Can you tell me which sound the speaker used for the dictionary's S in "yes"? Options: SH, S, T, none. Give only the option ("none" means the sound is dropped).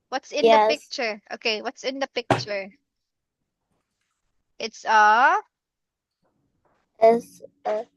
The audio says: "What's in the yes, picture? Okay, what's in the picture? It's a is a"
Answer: none